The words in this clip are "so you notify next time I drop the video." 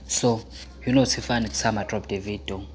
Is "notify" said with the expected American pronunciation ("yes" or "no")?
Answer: no